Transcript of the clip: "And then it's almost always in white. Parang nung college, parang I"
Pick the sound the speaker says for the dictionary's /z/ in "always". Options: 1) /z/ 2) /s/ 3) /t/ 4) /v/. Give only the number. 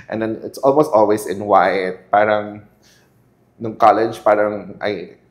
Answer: 2